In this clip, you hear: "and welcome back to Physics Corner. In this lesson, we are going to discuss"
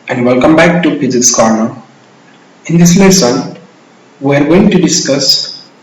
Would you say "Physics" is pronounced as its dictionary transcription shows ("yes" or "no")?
no